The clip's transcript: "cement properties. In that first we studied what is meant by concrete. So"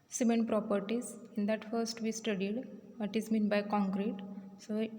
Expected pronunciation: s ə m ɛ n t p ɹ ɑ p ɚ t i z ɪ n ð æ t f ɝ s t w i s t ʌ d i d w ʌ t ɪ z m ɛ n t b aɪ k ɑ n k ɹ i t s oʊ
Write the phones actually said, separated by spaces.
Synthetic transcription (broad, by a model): s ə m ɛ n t p ɹ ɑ p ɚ t i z ɪ n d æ t f ɝ s t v i s t ʌ d i d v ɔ t ɪ z m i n b aɪ k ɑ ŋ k ɹ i t s oʊ